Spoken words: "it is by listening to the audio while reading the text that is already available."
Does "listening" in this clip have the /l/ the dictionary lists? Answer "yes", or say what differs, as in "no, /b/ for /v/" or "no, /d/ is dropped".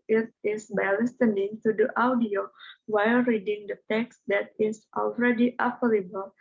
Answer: yes